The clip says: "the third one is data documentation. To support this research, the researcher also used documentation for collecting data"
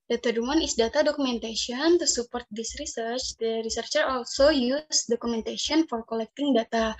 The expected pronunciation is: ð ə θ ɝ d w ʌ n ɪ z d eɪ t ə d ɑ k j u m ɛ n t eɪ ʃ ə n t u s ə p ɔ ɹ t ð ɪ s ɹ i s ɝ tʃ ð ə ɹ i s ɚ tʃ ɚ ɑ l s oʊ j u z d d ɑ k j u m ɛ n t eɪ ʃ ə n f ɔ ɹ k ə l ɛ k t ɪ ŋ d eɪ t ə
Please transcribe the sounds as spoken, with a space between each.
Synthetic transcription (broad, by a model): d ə t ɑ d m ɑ n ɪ s d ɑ t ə d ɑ k u m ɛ n t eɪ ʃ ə n t u s ə p ɔ ɹ t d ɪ s ɹ i s ɝ tʃ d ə ɹ i s ɚ tʃ ɚ ɑ l s oʊ j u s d d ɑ k u m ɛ n t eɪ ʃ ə n f ɔ ɹ k ə l ɛ k t ɪ ŋ d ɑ t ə